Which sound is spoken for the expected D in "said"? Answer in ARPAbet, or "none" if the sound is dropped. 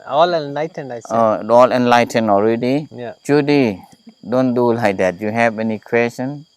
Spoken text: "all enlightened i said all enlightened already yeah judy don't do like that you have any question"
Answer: none